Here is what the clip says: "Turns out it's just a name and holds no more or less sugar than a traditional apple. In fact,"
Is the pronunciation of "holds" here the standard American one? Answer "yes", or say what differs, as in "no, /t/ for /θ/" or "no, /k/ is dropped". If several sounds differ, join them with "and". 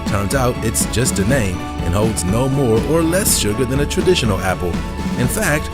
yes